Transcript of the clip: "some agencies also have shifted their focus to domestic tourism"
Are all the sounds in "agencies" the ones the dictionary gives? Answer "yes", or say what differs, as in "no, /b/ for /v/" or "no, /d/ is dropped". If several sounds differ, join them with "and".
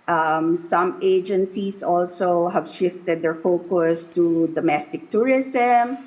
no, /s/ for /z/